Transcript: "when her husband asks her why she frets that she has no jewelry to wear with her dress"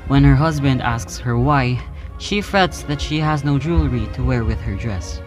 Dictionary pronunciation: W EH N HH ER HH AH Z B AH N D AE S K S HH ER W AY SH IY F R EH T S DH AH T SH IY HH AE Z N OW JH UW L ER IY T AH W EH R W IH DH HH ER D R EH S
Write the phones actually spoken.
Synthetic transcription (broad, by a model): W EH N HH ER HH AH Z B AH N D AE S K S HH ER W AY SH IY F R EH T S DH AH T SH IY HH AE Z N OW JH UW L ER IY T AH W EH R W IH DH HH ER D R EH S